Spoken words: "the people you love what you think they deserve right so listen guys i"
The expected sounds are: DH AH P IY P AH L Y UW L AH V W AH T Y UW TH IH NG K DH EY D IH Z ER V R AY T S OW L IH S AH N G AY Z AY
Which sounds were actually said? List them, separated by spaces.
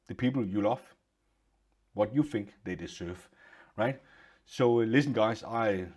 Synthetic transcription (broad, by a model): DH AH P IY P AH L Y UW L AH F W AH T Y UW TH IH NG K DH EY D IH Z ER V R AY T S OW L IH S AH N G AY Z AY